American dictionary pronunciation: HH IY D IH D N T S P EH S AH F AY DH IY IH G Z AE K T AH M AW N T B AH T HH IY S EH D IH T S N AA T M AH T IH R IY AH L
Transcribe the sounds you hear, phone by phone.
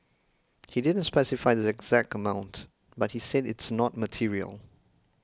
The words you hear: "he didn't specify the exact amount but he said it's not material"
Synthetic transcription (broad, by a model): HH IY D IH D N T S P EH S AH F AY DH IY IH G Z AE K T AH M AW N T B AH T HH IY S EH D IH T S N AA T M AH T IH R IY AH L